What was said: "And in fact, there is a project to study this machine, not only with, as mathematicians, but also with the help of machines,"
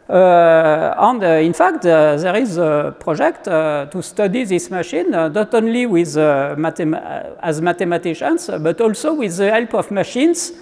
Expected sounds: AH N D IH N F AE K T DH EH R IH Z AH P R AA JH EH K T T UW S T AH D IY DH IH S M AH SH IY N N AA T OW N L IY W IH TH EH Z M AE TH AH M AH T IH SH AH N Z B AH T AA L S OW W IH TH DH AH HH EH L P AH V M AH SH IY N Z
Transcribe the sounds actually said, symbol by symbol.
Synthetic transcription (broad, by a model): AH N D IH N F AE K T DH EH R IH Z AH P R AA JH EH K T T UW S T AH D IY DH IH S M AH SH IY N N AA T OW N L IY W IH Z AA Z M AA T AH M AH T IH SH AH N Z B AH T AA L S OW W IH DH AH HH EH L P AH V M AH SH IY N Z